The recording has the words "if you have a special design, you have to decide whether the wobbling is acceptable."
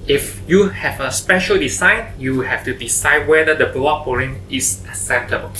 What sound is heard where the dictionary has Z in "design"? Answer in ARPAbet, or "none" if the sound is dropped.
S